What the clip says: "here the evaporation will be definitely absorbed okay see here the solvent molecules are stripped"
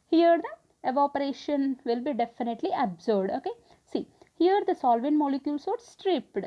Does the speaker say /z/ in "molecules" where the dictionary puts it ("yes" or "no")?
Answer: no